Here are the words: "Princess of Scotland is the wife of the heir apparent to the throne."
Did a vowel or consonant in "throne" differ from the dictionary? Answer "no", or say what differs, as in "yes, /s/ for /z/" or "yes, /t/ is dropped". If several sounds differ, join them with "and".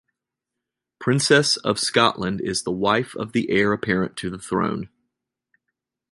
no